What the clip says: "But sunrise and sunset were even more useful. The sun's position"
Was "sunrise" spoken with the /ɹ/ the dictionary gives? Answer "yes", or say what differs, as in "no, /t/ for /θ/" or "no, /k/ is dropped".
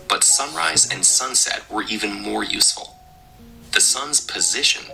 yes